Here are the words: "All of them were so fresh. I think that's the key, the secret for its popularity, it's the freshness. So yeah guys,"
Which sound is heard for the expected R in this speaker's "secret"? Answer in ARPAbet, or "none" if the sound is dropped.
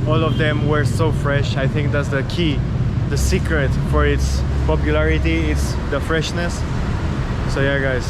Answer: R